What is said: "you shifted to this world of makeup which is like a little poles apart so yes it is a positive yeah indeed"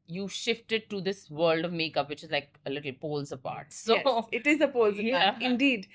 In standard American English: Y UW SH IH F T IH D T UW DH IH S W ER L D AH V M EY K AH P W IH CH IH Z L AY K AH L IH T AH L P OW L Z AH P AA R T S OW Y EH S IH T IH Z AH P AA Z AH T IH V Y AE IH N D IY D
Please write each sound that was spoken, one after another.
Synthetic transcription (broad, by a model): Y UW SH IH F T IH D T UW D IH S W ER L D AH V M EY K AH P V IH CH IH Z L AY K AH L IH T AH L P OW L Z AH P AA R T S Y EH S IH T IH Z AH P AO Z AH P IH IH N D IY D